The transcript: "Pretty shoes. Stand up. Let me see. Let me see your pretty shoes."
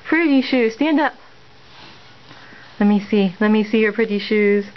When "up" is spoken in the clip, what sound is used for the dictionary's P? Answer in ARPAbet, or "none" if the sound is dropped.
P